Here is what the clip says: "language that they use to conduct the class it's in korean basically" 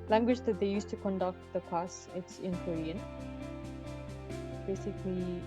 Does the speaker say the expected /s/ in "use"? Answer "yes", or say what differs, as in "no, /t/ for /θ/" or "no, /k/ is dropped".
yes